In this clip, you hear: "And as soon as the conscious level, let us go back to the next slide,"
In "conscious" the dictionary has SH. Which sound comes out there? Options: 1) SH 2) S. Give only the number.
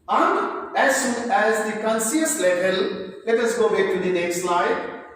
2